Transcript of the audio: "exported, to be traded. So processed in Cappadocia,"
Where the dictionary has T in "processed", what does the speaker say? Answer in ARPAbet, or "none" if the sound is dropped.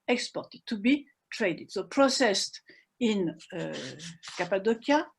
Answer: T